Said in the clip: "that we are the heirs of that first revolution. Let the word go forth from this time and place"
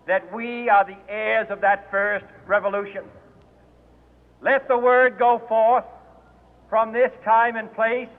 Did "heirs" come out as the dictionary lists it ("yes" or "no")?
yes